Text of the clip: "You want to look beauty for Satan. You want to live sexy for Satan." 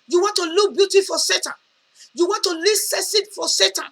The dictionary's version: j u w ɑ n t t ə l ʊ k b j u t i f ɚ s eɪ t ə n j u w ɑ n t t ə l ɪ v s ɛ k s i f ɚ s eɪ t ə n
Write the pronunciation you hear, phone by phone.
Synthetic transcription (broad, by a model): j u w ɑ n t t ə l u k b j u t i f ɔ s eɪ t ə n j u w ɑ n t t ə l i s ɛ s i f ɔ s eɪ t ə n